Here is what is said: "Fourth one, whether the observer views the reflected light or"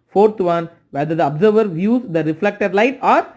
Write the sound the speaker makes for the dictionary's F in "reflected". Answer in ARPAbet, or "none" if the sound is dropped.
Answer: F